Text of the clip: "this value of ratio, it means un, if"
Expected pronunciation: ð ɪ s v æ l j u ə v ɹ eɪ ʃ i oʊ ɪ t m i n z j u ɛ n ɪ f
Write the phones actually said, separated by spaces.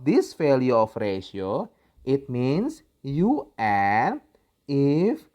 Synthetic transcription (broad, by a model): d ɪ s f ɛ l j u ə f ɹ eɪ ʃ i oʊ ɪ t m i n s j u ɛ ɪ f